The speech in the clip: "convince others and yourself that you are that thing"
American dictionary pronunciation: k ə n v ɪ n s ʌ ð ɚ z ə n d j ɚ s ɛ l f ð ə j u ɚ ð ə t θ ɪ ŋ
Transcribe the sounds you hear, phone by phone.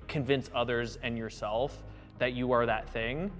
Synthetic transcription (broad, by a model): k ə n v ɪ n s ʌ ð ɚ z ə n j ɚ s ɛ l f ð ə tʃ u ɚ ð ə t θ ɪ ŋ